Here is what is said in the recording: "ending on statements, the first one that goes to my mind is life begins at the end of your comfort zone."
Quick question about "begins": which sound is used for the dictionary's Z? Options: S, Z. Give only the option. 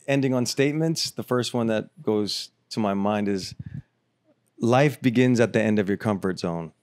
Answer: Z